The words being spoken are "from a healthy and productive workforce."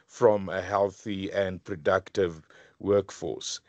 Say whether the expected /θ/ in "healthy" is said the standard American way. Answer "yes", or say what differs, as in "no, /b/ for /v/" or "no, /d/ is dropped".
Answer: yes